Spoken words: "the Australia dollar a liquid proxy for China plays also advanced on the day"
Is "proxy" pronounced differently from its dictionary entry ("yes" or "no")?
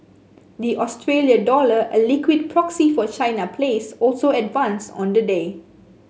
no